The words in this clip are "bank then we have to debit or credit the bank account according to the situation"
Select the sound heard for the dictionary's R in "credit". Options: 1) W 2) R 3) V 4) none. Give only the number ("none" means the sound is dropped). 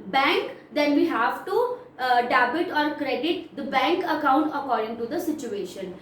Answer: 2